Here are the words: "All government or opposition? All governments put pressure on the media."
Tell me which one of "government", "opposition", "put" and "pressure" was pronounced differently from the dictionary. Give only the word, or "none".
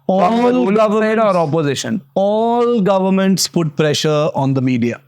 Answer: government